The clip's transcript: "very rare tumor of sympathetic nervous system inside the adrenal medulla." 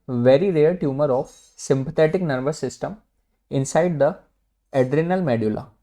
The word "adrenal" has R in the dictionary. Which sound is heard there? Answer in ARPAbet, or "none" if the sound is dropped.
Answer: R